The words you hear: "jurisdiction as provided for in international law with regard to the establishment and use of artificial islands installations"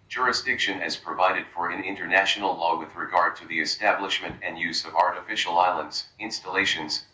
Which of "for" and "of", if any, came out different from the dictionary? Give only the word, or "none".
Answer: none